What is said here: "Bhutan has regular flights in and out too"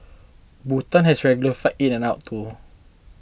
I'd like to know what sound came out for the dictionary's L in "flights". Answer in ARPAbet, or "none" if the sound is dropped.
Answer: none